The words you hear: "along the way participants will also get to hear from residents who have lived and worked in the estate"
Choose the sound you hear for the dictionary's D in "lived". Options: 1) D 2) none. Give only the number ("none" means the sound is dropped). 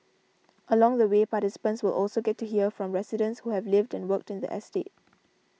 1